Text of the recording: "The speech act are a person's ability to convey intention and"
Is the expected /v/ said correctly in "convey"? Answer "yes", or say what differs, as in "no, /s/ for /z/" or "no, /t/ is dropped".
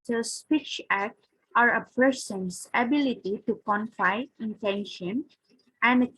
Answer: no, /f/ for /v/